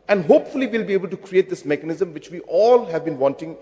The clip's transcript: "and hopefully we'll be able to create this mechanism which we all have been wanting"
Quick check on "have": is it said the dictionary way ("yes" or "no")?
yes